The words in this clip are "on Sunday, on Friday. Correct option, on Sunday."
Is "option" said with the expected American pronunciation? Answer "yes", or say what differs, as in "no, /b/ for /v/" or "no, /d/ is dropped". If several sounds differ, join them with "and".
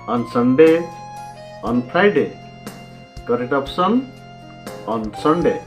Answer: no, /s/ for /ʃ/